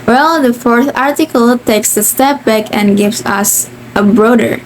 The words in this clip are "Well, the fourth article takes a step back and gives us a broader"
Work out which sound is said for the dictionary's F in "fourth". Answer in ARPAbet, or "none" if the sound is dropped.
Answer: F